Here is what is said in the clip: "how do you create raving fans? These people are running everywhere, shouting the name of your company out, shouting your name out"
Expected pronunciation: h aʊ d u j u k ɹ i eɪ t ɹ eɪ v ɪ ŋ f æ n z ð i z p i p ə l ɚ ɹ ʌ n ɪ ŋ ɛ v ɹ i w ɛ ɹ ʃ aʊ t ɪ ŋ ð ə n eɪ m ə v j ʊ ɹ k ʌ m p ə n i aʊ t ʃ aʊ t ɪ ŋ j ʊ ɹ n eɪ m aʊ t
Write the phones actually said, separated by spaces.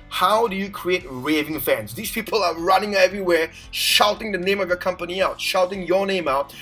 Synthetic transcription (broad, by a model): h aʊ d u j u k ɹ i eɪ t ɹ eɪ v ɪ ŋ f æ n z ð i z p i p ə l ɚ ɹ ʌ n ɪ ŋ ɛ v ɹ i w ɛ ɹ ʃ aʊ t ɪ ŋ ð ə n eɪ m ə v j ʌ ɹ k ʌ m p ə n i aʊ t ʃ aʊ t ɪ ŋ j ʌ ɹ n eɪ m aʊ t